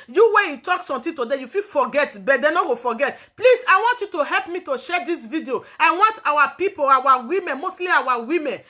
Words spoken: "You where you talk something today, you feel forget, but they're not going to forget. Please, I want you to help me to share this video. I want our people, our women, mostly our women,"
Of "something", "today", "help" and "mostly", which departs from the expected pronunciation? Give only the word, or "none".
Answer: something